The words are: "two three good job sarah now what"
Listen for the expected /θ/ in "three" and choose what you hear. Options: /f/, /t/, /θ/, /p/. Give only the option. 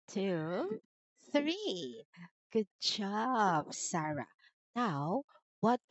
/θ/